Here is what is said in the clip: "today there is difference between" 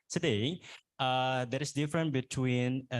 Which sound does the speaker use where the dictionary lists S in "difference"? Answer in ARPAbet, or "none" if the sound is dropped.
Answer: none